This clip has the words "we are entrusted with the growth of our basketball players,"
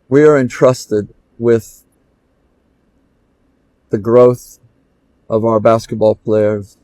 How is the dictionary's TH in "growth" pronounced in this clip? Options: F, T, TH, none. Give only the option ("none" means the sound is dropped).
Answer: TH